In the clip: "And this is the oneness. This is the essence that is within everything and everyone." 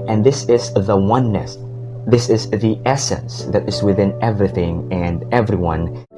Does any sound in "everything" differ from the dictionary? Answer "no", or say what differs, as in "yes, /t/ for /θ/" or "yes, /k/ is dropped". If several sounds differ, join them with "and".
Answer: no